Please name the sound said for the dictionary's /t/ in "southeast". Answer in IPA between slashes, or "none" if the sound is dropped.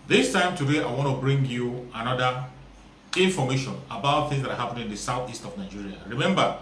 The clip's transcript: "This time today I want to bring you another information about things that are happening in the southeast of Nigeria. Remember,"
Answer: /t/